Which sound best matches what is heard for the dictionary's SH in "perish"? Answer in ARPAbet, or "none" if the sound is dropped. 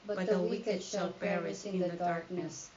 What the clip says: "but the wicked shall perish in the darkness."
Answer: S